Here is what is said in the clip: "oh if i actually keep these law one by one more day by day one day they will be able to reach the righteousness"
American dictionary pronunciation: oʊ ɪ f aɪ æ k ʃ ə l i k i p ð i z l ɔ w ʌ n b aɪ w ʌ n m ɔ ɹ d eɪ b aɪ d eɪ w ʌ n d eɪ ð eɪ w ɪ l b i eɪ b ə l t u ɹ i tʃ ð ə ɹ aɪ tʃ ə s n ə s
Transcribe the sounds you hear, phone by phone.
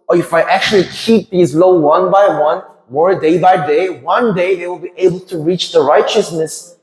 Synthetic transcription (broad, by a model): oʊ ɪ f aɪ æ k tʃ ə l i k i p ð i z l ɔ w ʌ n b aɪ w ʌ n m ɔ ɹ d eɪ b aɪ d eɪ w ʌ n d eɪ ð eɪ w ɪ l b i eɪ b ə l t u ɹ i tʃ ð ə ɹ aɪ tʃ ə s n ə s